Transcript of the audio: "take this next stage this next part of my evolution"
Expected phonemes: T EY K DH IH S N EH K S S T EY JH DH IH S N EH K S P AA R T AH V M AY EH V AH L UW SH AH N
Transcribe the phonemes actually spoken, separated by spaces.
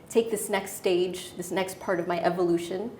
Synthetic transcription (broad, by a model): T EY K DH IH S N EH K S S T EY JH DH IH S N EH K S P AA R T AH V M AY EH V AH L UW SH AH N